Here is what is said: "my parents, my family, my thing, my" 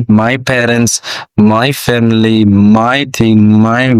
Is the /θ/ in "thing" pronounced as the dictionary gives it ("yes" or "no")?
no